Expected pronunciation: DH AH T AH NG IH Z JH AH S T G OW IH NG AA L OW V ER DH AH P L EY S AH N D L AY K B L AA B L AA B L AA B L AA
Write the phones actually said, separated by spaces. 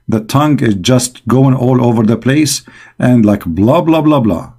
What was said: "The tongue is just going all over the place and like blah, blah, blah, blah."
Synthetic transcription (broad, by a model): DH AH T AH NG IH Z JH AH S T G OW IH NG AA L OW V ER DH AH P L EY S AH N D L AY K B L AA B L AA B L AA B L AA